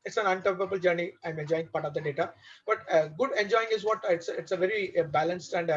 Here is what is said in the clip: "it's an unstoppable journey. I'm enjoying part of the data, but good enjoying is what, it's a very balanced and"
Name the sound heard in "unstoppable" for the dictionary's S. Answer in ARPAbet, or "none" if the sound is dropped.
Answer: none